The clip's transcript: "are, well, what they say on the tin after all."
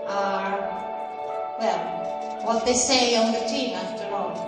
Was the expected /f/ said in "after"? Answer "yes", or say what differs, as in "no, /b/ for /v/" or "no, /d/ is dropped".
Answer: yes